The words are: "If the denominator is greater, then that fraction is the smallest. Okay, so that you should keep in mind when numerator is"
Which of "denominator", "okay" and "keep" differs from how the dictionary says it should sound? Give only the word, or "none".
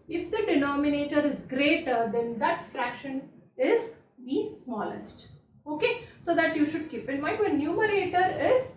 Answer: none